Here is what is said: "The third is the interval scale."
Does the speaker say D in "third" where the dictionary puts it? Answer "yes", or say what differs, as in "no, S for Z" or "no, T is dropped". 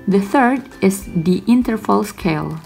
yes